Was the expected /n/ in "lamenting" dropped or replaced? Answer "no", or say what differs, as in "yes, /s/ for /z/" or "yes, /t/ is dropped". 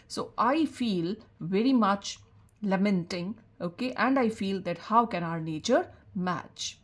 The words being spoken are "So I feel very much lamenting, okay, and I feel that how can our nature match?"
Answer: no